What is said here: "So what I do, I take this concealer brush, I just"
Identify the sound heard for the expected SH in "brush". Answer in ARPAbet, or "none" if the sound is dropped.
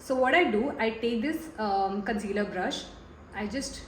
SH